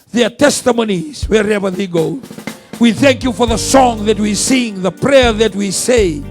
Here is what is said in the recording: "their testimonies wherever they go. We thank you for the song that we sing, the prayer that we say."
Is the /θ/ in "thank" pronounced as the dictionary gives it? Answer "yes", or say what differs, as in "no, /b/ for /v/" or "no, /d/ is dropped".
yes